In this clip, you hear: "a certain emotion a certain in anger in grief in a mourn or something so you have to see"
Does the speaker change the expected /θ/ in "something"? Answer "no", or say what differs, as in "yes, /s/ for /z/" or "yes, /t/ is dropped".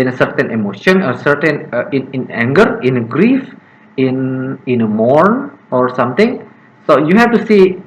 yes, /t/ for /θ/